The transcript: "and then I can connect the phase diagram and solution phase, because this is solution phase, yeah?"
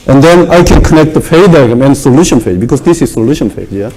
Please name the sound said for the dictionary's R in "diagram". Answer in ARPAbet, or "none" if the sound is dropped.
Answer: none